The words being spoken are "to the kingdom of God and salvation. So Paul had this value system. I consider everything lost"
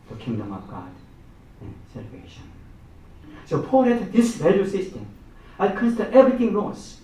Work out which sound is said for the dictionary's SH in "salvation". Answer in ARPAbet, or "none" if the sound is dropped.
SH